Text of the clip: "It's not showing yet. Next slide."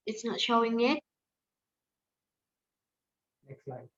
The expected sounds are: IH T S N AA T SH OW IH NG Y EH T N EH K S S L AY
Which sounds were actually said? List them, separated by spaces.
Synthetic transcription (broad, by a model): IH T S N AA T SH OW IH NG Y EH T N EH K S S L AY